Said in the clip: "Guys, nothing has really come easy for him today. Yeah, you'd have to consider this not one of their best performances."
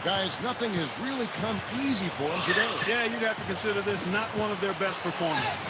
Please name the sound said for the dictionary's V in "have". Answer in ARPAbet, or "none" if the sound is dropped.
F